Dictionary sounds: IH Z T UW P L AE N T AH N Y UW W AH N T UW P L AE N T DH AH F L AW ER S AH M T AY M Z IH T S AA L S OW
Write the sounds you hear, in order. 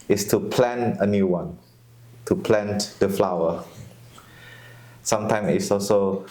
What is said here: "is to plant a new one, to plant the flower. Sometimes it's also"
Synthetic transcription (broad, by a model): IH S T UW P L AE N AH N Y UW W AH N T UW P L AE N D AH F L AW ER S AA M T AY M IH T S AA L S OW